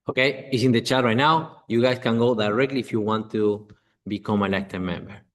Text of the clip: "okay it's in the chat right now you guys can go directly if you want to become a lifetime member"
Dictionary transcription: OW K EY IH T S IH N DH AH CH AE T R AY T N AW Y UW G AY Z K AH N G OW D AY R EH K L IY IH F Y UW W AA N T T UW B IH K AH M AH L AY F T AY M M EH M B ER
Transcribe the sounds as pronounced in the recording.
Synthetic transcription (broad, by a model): OW K EY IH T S IH N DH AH CH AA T R AY T N AW Y UW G AY S K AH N G OW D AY R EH K L IY F Y UW W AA N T T UW B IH K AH M AH L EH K T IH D M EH M B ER